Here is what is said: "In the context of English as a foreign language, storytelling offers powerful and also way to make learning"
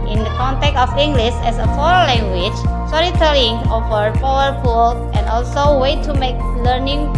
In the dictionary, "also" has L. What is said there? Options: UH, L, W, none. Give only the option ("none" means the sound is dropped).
L